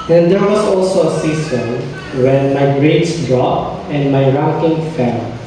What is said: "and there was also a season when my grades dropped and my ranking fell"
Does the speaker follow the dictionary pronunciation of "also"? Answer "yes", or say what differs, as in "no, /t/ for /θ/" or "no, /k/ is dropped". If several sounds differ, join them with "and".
yes